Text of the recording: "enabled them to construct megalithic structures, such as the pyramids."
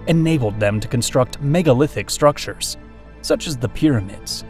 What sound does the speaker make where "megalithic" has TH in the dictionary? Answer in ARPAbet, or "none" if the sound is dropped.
TH